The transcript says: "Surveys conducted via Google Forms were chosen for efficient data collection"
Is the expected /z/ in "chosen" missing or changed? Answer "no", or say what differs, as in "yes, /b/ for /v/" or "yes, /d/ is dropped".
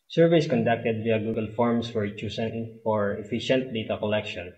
yes, /s/ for /z/